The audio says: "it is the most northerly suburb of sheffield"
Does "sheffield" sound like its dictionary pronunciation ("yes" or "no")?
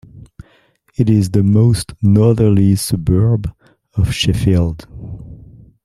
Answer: yes